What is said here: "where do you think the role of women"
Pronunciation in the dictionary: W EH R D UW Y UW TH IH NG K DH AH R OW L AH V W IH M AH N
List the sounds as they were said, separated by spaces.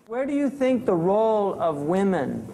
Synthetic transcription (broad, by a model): W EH R D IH Y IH TH IH NG K DH AH R OW L AH V W IH M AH N